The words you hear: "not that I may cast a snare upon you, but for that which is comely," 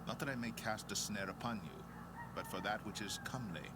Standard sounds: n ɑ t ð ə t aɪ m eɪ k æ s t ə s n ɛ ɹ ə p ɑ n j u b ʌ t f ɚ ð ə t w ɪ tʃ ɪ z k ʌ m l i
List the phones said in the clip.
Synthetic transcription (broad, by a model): n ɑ t ð ə t aɪ m eɪ k æ s t ə s n ɛ ɹ ə p ɑ n j u b ʌ t f ɚ ð ə t w ɪ tʃ ɪ z k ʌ m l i